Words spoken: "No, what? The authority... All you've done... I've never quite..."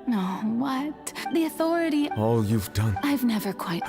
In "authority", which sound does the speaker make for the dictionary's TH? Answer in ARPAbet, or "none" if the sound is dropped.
TH